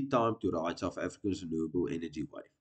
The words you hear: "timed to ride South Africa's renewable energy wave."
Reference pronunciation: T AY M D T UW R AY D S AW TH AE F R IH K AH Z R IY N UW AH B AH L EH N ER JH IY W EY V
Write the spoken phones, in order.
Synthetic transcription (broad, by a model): T AY M T UW R AY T S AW F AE F R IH K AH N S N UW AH B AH L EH N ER JH IY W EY